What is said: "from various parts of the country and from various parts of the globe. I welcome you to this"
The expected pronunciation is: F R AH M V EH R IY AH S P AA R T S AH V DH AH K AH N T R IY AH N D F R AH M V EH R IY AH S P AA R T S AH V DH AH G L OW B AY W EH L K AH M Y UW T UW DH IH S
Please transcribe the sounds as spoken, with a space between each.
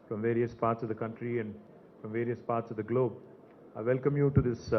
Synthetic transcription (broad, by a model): F R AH M V EH R IY AH S P AA R T S AH V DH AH K AH N T R IY AH N D F R AH M V EH R IY AH S P AA R T S AH V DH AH G L OW B AY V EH L K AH M Y UW T UW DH IH S